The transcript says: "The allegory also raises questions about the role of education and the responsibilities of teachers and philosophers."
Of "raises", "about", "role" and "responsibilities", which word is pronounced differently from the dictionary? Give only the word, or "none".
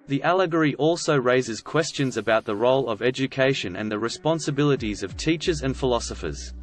none